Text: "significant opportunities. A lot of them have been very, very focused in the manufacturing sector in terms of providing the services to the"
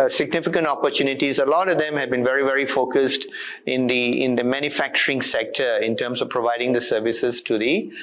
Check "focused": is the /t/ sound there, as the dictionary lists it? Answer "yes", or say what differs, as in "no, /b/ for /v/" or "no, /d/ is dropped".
yes